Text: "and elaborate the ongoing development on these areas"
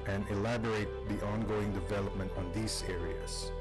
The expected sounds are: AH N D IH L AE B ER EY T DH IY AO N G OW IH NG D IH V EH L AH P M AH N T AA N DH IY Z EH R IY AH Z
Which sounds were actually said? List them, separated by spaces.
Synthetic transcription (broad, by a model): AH N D IH L AE B ER EY T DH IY AO N G OW IH NG D IH V EH L AH P M AH N T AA N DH IY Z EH R IY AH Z